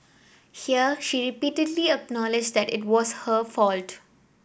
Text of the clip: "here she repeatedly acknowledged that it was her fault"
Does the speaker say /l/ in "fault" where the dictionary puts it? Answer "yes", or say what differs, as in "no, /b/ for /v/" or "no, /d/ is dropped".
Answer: yes